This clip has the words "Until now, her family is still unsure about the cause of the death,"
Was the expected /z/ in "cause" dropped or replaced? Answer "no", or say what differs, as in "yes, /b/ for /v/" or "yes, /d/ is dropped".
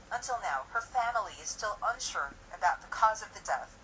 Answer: no